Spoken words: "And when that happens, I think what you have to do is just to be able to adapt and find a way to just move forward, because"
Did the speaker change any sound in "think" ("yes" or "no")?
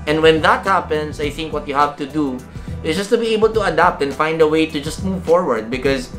no